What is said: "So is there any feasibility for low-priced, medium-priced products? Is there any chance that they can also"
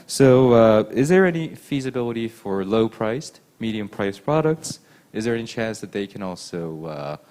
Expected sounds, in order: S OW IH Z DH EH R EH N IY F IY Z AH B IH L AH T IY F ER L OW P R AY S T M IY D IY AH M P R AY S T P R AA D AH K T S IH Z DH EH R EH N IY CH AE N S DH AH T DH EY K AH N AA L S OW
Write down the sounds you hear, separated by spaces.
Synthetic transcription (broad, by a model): S OW IH Z DH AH R EH N IY F IY Z AH B IH L AH T IY F ER L OW P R AY S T M IY D IY AH M P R AY S P R AA D AH K T S IH Z DH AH R EH N IY CH AE N S DH AH T DH EY K AH N AA L S OW